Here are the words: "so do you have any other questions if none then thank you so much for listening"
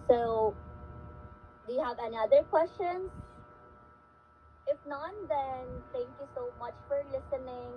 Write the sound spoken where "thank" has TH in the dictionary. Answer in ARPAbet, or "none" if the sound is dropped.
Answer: T